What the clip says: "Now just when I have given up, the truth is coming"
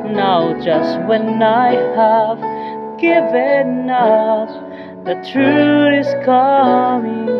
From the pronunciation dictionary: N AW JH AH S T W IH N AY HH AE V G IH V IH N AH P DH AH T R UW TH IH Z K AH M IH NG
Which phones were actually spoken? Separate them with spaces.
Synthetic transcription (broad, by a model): N AW JH AH S T W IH N AY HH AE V G IH V IH N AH F DH AH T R UW IH Z K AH M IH NG